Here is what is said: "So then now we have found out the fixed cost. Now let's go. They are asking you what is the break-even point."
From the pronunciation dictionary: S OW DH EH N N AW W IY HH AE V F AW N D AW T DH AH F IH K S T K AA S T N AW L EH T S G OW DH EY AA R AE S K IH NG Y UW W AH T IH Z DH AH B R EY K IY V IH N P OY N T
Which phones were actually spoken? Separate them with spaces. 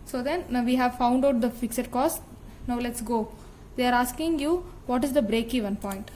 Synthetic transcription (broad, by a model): S OW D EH N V IY HH AE V F AW N D AW T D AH F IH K S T K AA S T N AW L EH T S G OW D EY AA R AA S K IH NG Y UW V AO T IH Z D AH B R EY K IY V IH N P OY N T